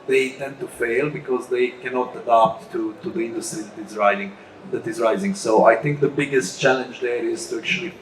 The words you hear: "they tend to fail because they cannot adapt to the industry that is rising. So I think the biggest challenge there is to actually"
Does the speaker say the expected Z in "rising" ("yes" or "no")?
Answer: yes